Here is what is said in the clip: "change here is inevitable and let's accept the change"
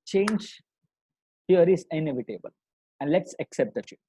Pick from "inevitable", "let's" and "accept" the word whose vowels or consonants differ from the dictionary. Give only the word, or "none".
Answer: none